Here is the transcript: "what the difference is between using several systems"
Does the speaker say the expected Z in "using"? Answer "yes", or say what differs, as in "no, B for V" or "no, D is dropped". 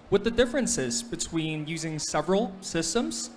yes